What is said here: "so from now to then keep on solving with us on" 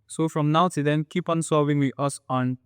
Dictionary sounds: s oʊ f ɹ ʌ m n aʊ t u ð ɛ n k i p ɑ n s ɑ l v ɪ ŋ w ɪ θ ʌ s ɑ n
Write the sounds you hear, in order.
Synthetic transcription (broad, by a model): s oʊ f ɹ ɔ m n aʊ t u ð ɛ n k i p ɑ n s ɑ v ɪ ŋ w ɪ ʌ s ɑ n